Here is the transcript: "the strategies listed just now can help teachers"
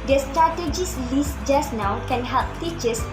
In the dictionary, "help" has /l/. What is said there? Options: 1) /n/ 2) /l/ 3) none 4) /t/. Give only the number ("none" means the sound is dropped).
2